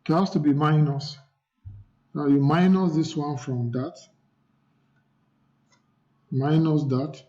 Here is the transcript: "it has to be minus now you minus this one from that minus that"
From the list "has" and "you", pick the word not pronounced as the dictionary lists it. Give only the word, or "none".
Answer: has